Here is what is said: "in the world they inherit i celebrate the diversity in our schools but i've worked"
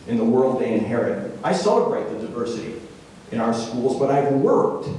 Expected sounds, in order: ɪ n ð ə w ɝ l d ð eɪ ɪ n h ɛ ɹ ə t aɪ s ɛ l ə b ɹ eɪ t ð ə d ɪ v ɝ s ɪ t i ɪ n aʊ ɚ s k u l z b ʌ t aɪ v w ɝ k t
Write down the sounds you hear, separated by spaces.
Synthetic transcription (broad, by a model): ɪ n ð ə w ɝ l d ð eɪ ɪ n h ɛ ɹ ə t aɪ s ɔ ə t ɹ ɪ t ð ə d ɪ v ɝ s ɪ t i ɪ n aʊ ɚ s k u l z b ʌ t aɪ v w ɝ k t